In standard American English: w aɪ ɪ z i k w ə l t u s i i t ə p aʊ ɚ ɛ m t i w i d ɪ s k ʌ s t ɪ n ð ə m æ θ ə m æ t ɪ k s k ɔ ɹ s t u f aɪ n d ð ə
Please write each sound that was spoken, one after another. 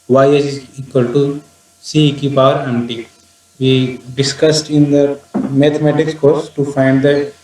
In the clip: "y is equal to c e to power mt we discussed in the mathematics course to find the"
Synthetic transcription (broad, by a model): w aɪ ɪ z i k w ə l t u s i i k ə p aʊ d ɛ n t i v i d ɪ s k ʌ s t ɪ n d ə m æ t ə m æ t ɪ k s k ɔ ɹ s t u f aɪ n d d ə